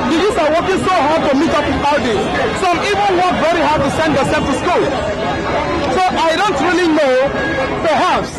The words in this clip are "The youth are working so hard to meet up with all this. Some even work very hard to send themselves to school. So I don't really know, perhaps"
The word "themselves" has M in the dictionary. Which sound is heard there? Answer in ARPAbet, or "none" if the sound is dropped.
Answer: none